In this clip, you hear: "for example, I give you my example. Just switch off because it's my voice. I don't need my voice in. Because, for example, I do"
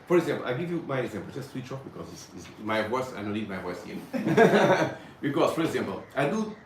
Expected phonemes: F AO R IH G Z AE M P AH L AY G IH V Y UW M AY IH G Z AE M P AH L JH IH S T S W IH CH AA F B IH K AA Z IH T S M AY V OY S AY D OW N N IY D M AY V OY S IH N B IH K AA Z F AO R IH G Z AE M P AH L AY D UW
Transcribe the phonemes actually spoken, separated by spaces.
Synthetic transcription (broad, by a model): F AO R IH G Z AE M P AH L AY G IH V Y UW M AY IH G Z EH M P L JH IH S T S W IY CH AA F B IH K AA Z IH S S M AY V OY S AY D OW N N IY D M AY V OY S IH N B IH K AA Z F AO R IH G Z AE M P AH L AY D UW